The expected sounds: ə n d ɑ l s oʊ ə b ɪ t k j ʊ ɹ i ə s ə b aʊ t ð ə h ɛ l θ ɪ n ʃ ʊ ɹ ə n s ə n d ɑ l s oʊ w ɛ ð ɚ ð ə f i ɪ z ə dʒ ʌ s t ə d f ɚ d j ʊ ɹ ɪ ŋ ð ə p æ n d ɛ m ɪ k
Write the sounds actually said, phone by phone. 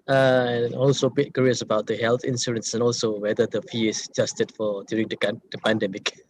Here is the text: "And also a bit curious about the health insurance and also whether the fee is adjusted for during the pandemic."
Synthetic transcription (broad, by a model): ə n ɑ l s oʊ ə b ɪ t k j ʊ ɹ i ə s ə b aʊ t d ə h ɛ l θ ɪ n s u ɹ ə n s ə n ɑ l s oʊ w ɛ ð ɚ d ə f i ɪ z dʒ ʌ s t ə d f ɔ d j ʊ ɹ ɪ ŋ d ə p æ n d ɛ m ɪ k